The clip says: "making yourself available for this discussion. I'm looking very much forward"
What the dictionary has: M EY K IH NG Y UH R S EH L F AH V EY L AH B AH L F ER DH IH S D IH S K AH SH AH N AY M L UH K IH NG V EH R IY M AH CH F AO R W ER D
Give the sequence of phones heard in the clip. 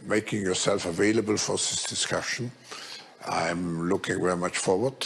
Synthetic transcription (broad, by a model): M EY K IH NG Y UH R S EH L F AH V EY L AH B AH L F ER DH IH S D IH S K AH SH AH N AY M L UH K IH NG V EH R IY M AH CH F AO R W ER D